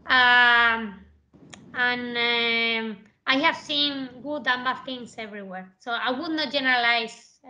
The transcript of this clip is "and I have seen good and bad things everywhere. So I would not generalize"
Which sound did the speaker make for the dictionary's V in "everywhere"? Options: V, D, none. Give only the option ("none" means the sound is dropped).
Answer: V